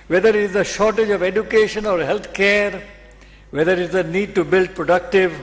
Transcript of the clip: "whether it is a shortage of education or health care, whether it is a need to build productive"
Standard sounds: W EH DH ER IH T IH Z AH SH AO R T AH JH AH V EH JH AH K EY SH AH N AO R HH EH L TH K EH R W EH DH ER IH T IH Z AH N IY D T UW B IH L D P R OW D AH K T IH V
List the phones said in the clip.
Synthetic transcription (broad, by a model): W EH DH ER IH T IH Z AH SH AO R T AH JH AH V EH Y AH K EY SH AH N AO R HH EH L T K EH R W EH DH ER IH T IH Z AH N IY D T UW B IH L D P R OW D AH K T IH V